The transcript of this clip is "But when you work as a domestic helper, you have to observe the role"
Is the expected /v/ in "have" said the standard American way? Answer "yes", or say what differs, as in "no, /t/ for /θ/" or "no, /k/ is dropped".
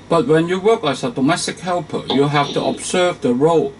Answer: no, /f/ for /v/